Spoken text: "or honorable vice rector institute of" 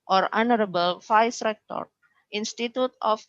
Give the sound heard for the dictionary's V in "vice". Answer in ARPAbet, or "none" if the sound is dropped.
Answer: F